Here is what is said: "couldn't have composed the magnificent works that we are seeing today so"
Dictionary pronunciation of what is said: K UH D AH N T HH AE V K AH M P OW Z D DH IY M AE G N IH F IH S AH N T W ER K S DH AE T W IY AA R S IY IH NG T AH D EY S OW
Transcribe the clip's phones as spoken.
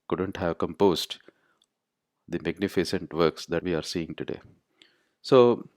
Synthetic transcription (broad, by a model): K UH D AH N T HH AE V K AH M P OW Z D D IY M AE G N IH F IH S AH N T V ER K S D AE T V IY AA R S IY IH NG T AH D EY S OW